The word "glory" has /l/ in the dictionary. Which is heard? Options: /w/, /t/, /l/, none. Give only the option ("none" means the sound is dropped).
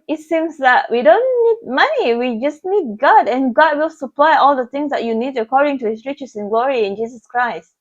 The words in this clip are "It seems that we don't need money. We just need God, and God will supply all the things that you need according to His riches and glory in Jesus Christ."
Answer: /l/